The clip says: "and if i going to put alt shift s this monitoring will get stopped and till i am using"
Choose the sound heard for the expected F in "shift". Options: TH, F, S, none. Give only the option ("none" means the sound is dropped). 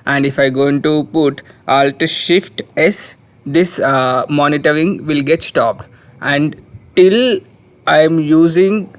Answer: F